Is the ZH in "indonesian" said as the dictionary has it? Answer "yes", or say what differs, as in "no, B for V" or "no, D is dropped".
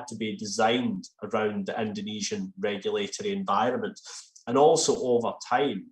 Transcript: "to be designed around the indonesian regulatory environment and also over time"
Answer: yes